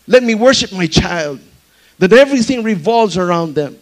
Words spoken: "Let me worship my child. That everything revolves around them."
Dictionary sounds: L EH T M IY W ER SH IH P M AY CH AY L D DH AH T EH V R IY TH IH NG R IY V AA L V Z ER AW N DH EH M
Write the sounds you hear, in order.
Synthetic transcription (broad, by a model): L EH T M IY W ER SH IH P M AY CH AY L D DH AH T EH V R IY TH IH NG R IY V AA L V Z ER AW N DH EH M